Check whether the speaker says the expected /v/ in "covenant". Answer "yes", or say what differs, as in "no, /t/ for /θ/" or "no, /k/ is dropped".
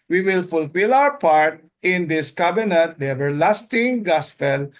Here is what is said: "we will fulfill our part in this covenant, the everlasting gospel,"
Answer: no, /b/ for /v/